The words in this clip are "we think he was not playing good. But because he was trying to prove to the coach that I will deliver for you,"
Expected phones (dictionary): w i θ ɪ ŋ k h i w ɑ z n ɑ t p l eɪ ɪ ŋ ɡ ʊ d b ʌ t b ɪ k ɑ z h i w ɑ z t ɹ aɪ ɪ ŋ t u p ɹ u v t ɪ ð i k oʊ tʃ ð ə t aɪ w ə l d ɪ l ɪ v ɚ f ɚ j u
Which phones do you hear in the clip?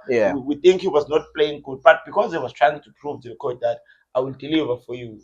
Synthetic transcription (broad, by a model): w i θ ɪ ŋ k h i w ɑ z n ɑ t p l eɪ ɪ ŋ ɡ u d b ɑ t b ɪ k ɑ z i w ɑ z t ɹ aɪ ɪ ŋ t u p ɹ u v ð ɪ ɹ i k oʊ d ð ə t aɪ w ə l d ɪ l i v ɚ f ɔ j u